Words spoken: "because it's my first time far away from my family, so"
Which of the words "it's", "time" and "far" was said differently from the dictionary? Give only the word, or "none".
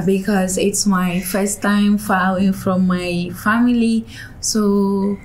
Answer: far